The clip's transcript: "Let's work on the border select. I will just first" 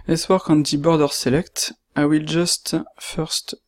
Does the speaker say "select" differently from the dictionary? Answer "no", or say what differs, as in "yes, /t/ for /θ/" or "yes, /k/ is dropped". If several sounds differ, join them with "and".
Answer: no